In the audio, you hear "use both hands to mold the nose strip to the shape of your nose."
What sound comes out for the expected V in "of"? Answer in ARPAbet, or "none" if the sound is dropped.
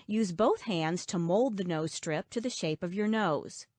V